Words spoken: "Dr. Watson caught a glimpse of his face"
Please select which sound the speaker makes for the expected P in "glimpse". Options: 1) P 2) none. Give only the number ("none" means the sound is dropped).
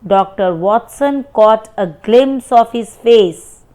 2